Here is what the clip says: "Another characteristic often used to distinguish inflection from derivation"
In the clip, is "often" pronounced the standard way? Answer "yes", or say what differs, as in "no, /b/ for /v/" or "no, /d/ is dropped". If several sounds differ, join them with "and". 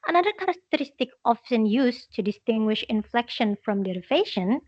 no, /s/ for /t/